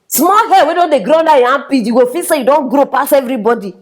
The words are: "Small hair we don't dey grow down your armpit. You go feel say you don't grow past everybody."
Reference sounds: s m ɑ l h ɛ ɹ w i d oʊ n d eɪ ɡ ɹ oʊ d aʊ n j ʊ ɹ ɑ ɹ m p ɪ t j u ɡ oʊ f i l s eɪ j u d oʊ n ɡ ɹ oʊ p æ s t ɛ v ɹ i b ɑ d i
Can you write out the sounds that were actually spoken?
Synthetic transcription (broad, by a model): s m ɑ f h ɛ w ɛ d oʊ n d eɪ ɡ ɹ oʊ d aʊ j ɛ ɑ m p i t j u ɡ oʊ f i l s eɪ j u d oʊ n ɡ ɹ oʊ p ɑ s ɛ v ɹ i b ɑ d i